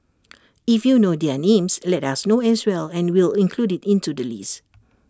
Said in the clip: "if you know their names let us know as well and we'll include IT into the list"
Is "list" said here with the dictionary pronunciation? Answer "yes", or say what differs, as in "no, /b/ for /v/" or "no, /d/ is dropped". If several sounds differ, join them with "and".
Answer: no, /t/ is dropped